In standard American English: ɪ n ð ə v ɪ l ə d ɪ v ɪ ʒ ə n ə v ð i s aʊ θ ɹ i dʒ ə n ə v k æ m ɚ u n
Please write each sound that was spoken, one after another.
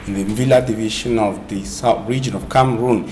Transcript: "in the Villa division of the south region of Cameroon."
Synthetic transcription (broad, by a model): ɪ n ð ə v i l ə d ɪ v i ʃ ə n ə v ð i s aʊ θ ɹ i dʒ ə n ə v k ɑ m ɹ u n